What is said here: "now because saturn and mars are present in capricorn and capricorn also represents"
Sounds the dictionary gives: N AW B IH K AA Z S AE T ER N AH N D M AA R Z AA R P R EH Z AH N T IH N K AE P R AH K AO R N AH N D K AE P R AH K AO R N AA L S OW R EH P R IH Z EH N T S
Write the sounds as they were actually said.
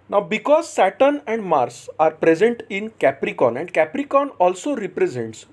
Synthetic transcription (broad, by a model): N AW B IH K AA Z S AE T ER N AH N D M AA R S AA R P R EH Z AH N T IH N K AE P R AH K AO N AH N D K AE P R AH K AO N AA L S OW R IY P R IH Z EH N T S